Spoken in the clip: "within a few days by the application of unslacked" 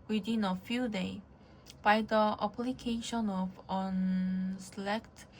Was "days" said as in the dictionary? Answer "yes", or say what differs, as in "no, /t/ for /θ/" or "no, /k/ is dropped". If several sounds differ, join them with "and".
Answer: no, /z/ is dropped